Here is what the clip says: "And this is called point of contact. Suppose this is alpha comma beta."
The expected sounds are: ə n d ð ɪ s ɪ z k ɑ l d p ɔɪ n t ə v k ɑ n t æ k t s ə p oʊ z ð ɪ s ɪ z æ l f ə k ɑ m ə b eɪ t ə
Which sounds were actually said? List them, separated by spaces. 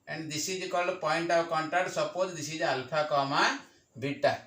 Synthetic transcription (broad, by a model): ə n d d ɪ s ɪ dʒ k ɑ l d p ɔɪ n t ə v k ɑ n t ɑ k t s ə p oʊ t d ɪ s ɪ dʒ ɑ l p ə k ɑ m ə b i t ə